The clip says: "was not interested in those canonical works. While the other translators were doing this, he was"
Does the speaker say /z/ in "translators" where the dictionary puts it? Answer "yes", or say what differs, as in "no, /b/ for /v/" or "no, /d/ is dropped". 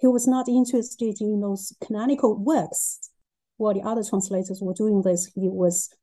yes